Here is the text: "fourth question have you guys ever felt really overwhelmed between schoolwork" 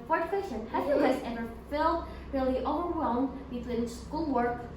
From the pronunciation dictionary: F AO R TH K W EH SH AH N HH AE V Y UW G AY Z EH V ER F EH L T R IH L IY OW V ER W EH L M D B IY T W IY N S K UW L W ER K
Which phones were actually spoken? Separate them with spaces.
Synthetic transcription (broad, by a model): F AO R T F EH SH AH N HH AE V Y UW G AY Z EH V ER F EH L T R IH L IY OW V ER W EH L M D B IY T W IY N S K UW L W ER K